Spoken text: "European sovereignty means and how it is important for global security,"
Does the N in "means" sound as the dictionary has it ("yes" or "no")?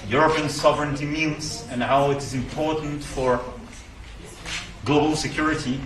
no